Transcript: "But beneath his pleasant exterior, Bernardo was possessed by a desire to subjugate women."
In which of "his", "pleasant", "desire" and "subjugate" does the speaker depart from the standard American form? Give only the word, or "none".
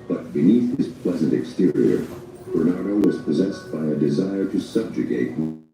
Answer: none